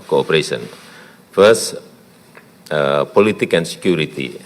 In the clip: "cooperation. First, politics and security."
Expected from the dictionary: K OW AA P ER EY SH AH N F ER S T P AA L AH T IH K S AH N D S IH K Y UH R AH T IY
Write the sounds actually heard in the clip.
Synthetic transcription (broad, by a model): K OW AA P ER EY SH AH N F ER S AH P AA L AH T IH K AH N S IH K Y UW R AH T IY